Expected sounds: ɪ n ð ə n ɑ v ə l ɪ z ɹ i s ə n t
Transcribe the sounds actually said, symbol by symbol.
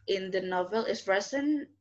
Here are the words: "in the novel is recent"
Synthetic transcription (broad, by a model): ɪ n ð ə n ɑ v ə l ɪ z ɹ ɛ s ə n